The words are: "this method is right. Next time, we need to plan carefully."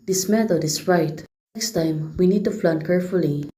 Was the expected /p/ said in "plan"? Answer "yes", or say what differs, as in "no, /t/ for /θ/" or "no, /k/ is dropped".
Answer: no, /f/ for /p/